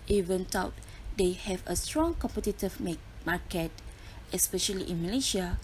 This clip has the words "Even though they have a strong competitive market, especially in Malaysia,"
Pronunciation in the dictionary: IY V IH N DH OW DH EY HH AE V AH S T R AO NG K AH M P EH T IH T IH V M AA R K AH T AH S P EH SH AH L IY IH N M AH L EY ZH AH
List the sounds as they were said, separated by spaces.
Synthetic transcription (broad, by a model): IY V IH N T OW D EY HH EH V AH S T R AO NG K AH M P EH T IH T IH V M AA K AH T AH S P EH SH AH L IY IH N M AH L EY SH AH